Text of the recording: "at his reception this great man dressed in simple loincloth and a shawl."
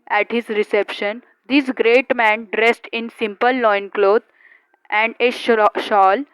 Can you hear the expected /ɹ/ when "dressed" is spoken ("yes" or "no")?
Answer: yes